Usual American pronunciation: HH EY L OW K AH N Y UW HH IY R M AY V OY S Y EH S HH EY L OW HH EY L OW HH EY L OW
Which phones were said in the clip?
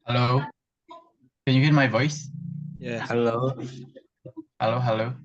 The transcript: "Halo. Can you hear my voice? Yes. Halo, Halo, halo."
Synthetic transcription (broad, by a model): HH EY L OW K AH N Y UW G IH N M AY V OY S Y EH HH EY L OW HH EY L OW HH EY L OW